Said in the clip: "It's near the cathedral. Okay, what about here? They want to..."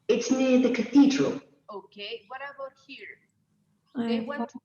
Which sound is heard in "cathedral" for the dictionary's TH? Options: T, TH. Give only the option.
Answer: TH